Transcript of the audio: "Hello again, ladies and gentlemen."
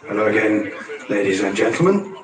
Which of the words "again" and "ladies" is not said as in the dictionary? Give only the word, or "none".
none